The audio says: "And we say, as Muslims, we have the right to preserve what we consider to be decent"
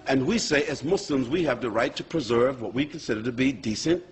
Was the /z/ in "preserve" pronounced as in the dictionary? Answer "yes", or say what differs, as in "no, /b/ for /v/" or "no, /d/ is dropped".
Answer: yes